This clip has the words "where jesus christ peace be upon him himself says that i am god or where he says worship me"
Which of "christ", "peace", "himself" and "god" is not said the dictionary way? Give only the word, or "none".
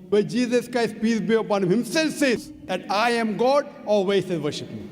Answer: none